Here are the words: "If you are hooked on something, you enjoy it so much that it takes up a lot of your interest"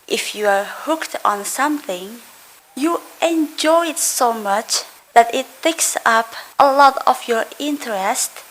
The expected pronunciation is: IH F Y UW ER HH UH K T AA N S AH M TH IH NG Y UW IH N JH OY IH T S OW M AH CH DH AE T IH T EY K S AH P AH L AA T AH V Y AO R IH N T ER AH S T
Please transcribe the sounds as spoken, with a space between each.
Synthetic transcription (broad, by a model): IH F Y UW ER HH UH K T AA N S AH M TH IH NG Y UW IH N JH OY IH T S OW M AH CH DH AE T IH T EY K S AH P AH L AA T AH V Y AO R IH N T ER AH S T